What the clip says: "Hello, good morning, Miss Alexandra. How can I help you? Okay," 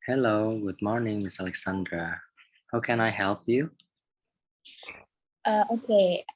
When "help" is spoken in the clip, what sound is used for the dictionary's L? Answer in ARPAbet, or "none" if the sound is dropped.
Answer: L